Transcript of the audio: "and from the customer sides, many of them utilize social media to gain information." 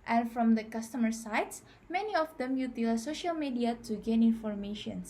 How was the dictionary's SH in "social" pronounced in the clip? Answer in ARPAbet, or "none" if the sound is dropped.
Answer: SH